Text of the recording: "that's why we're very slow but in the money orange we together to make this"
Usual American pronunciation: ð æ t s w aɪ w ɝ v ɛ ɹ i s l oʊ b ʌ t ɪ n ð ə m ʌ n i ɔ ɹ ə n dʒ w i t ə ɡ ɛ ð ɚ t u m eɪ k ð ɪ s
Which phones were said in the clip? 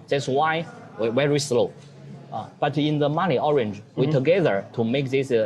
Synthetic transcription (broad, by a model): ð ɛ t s w aɪ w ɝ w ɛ ɹ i s l oʊ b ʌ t ɪ n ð ə m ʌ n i ɔ ɹ ə n dʒ w i t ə ɡ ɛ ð ɚ t u m eɪ k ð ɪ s